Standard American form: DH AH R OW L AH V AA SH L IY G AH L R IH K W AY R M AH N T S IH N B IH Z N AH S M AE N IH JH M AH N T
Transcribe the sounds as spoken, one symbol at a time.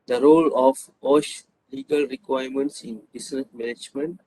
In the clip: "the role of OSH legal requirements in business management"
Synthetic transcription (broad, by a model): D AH R OW L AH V AA SH L IY G AH L R IH K W AY R M AH N T S IH N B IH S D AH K M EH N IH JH M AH N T